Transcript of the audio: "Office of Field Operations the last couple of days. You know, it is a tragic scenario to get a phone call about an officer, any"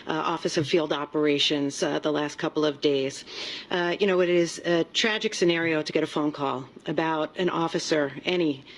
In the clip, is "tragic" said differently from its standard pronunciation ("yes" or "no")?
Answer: no